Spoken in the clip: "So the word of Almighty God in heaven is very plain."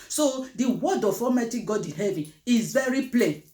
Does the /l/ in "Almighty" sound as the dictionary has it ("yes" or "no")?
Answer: no